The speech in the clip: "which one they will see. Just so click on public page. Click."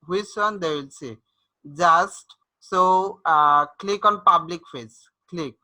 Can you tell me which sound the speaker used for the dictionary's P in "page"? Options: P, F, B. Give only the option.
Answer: F